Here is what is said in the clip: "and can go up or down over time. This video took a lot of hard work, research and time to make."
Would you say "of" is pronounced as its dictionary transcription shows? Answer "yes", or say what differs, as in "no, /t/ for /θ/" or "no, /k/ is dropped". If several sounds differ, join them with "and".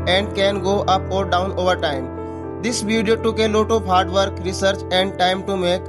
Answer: no, /p/ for /v/